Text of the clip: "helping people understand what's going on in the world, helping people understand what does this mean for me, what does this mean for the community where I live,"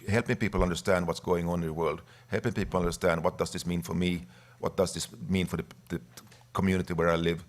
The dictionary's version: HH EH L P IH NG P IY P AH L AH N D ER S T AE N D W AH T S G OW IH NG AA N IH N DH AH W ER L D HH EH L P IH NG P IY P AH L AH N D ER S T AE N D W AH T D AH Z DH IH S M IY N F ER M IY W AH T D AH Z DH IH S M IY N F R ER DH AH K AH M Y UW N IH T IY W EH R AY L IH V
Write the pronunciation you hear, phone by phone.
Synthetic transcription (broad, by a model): HH EH L P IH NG P IY P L AH N D ER S T AE N D W AH T S G OW IH NG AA IH N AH W ER L D HH EH L P IH NG P IY P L AH N D ER S T AE N D W AH T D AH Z DH IH S M IY N F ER M IY W AH T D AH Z DH IH S M IY N F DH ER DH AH K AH M Y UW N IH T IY W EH R AY L IH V